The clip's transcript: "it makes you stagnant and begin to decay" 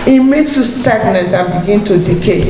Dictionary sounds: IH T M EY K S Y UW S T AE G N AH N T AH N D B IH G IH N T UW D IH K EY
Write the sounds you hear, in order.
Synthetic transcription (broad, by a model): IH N M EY S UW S T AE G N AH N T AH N B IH G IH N T UW D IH K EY